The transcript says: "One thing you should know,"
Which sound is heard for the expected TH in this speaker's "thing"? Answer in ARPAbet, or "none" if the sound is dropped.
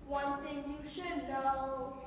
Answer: T